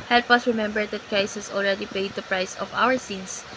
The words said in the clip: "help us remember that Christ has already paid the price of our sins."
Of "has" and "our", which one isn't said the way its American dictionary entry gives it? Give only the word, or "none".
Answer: has